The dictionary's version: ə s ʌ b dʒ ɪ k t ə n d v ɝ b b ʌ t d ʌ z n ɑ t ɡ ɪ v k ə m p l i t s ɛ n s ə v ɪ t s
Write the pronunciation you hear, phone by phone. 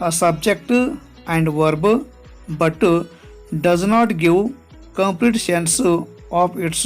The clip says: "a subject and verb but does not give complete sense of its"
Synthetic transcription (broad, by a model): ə s ʌ b dʒ ɪ k t ə n d v ɝ b b ʌ t d ʌ z n ɑ t ɡ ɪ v k ə m p l i t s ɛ n s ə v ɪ t s